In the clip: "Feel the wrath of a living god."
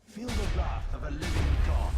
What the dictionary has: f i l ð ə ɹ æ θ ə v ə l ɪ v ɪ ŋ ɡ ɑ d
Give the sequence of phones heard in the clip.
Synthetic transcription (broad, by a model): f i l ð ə l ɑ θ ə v ə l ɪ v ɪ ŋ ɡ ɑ